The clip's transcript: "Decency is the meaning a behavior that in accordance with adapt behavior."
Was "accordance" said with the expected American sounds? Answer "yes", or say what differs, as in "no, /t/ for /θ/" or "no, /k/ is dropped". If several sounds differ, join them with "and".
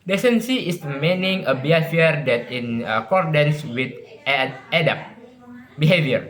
yes